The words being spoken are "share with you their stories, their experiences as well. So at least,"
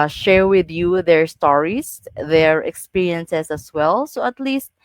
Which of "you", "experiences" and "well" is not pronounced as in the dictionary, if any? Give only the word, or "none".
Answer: experiences